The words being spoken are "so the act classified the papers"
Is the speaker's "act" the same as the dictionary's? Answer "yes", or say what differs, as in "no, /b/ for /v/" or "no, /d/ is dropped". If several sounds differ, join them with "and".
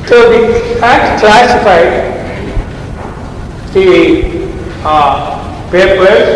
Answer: no, /k/ is dropped